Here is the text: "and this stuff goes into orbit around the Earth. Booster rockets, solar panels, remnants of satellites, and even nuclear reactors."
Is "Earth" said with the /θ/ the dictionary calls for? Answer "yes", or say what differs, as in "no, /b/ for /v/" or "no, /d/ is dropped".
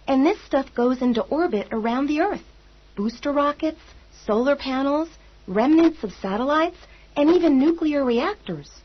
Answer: yes